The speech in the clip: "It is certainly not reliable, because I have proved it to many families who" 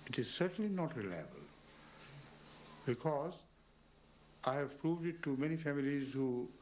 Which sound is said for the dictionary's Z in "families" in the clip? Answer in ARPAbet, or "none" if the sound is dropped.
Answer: Z